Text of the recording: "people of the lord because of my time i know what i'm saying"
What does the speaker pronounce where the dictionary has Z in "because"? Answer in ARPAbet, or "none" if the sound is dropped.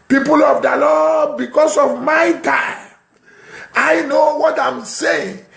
S